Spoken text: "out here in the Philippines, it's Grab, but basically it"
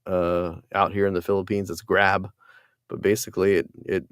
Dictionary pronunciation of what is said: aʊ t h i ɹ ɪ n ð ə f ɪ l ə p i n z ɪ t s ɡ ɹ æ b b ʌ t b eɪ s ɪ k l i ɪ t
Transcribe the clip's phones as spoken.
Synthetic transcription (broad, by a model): aʊ t h i ɹ ɪ n ð ə f ɪ l ə p i n z ɪ t s ɡ ɹ æ b b ʌ t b eɪ s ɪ k l i ɪ t